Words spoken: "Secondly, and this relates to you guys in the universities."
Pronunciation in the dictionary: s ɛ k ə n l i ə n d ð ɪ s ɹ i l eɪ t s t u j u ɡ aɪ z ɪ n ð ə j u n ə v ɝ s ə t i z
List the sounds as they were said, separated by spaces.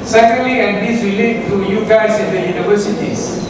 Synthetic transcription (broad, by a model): s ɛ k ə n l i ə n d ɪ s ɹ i l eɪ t t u j u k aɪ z ɪ n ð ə j u n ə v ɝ s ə t i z